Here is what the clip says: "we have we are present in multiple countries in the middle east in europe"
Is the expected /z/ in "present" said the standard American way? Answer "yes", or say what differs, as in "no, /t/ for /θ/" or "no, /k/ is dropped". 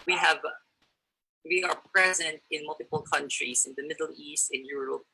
yes